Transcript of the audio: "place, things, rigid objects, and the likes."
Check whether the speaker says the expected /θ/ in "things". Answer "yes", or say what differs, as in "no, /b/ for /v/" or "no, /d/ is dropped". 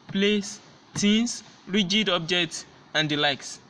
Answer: no, /t/ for /θ/